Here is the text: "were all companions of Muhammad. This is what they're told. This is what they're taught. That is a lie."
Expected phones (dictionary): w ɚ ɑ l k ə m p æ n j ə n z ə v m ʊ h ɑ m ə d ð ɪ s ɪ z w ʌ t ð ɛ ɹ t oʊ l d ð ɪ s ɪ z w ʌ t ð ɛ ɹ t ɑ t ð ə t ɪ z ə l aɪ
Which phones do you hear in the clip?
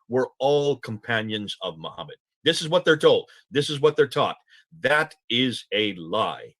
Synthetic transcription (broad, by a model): w ɚ ɑ l k ə m p æ n j ə n z ə v m ʊ h ɑ m ə d ð ɪ s ɪ z w ʌ t ð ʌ ɹ t oʊ l d ð ɪ s ɪ z w ʌ t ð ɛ ɹ t ɑ t ð ə t ɪ z ə l aɪ